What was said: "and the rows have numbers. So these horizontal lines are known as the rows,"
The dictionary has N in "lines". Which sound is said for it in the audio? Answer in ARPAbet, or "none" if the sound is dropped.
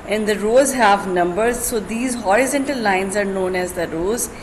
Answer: N